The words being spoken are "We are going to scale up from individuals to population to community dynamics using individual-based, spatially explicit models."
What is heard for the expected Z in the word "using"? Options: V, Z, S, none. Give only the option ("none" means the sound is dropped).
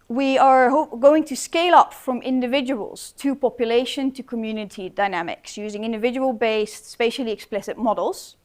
Z